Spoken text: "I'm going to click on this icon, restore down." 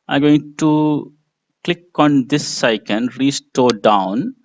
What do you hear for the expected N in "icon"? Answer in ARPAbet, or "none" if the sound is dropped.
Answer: N